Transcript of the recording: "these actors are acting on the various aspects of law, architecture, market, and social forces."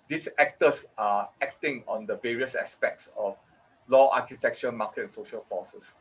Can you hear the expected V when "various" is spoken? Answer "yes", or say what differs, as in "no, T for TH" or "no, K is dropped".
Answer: yes